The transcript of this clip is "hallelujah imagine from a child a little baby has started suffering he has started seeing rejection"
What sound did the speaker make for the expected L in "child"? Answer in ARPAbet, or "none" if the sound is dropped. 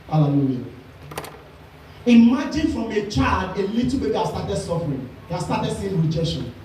L